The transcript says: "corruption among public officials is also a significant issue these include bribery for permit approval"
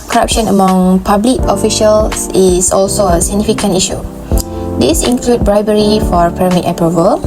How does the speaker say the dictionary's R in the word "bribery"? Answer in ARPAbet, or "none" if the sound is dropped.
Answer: R